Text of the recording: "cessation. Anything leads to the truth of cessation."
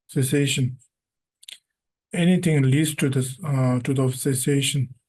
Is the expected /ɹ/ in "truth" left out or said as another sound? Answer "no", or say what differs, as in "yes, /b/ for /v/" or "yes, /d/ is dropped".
yes, /ɹ/ is dropped